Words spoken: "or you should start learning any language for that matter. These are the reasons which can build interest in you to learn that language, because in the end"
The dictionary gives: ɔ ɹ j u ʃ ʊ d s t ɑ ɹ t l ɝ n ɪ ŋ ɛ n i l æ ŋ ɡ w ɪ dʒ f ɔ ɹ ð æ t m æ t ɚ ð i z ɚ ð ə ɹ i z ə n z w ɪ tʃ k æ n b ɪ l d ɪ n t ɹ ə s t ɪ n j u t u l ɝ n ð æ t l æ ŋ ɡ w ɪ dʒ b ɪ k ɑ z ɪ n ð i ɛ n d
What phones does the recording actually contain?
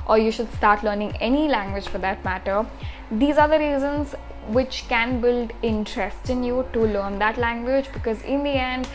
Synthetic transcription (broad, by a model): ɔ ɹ j u ʃ ʊ d s t ɑ ɹ t l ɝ n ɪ ŋ ɛ n i l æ ŋ ɡ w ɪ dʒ f ɔ ɹ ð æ t m æ t ɚ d i z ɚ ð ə ɹ i z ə n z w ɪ tʃ k æ n b ɪ l d ɪ n t ɹ ə s t ɪ n j u t u l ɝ n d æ t l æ ŋ ɡ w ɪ dʒ b ɪ k ɑ z ɪ n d i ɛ n d